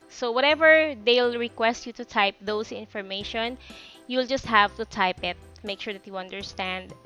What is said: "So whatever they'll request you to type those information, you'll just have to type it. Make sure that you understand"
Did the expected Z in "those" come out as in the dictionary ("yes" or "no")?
no